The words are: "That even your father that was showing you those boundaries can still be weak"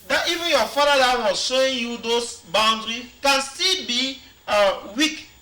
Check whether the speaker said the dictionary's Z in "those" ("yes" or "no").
no